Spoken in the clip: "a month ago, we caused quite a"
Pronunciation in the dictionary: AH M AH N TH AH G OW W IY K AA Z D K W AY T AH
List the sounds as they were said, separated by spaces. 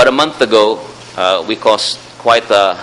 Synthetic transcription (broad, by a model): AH M AH N TH AH G OW W IY K AA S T K W AY T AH